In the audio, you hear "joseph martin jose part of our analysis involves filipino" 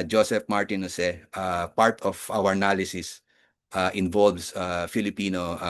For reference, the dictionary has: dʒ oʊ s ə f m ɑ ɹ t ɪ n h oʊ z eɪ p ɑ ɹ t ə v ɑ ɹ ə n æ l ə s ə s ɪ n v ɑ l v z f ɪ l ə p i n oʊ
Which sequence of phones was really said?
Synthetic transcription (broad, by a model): dʒ oʊ s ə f m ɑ ɹ t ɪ n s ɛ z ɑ p ɑ ɹ t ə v ɑ w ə n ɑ l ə s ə s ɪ n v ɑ l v s f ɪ l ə p i n oʊ